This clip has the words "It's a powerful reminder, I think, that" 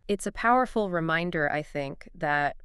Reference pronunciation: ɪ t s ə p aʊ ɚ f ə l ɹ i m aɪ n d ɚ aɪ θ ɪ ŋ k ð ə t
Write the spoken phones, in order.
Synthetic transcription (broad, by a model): ɪ t s ə p aʊ ɚ f l ɹ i m aɪ n d ɚ aɪ θ ɪ ŋ k ð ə t